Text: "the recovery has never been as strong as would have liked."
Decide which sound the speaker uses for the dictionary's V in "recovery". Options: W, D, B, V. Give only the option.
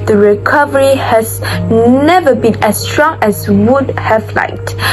V